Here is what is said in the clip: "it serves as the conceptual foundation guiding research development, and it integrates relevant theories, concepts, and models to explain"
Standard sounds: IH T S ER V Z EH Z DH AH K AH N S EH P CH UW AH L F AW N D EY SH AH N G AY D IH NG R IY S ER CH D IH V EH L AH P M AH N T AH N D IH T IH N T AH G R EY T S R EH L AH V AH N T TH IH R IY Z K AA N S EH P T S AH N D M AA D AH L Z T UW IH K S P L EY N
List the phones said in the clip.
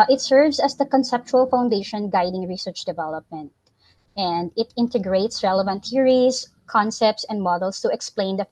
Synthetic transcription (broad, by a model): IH T S ER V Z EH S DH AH K AH N S EH P CH UW AH L F AW N D EY SH AH N G AY D IH NG R IY S ER CH D IH V EH L AH P M AH N T AH N D IH T IH N T AH G R EY T S R EH L AH V AH N T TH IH R IY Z K AA N S EH P T S AH N D M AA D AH L S T UW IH K S P L EY N